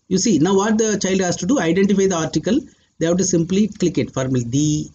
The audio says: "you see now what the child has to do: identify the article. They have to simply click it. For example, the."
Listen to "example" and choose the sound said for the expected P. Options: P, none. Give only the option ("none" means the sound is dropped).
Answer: none